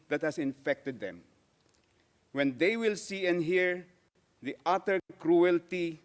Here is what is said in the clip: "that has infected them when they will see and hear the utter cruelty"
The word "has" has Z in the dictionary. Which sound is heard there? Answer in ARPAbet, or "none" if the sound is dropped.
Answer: S